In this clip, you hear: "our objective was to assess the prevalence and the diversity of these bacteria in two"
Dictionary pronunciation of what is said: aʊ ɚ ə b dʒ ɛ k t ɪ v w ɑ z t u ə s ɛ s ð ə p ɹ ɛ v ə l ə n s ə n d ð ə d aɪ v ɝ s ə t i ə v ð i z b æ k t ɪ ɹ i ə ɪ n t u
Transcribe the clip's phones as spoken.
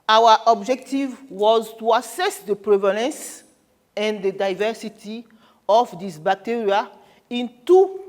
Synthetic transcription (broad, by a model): aʊ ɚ ə b dʒ ɛ k t ɪ v w ɑ z t u ə s ɛ s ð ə p ɹ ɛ v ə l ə n s ə n d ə d aɪ v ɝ s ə t i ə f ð i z b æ k t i ɹ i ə ɪ n t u